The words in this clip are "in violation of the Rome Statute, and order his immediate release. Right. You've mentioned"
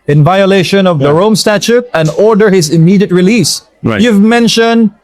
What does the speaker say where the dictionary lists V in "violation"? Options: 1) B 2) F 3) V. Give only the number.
3